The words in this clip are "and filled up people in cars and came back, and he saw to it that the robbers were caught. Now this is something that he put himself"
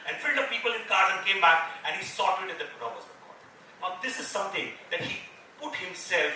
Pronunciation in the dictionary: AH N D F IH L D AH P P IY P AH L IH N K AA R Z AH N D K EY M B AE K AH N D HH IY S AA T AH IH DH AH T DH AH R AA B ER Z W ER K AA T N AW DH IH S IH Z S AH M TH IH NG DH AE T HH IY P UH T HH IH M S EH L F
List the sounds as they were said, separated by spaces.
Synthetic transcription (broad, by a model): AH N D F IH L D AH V P IY P AH L IH N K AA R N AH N K EY M B AE K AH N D HH IY S AA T IH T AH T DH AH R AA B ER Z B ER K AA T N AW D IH S IH Z S AH M T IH NG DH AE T HH IY P UH T HH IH M S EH L F